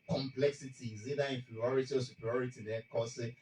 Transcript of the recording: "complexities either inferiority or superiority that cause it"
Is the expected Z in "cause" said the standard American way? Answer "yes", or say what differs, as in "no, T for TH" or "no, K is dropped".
no, S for Z